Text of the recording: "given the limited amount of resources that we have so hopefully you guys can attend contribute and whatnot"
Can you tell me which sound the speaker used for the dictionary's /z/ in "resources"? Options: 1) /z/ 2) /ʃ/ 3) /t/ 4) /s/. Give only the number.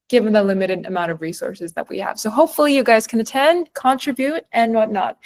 1